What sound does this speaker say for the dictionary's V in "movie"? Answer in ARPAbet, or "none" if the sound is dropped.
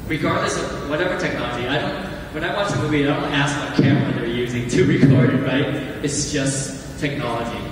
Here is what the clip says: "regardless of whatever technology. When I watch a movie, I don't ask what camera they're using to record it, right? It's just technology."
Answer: B